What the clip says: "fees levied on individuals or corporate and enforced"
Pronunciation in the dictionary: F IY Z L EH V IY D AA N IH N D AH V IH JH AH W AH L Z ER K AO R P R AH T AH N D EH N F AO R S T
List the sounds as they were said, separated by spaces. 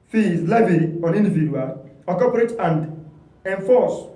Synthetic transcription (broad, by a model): F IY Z L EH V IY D AA N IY N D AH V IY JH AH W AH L AO K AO P R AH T AH N D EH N F AO S